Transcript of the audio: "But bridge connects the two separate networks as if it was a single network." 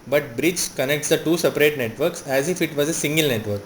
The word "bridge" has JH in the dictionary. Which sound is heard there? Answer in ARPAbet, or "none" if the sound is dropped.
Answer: CH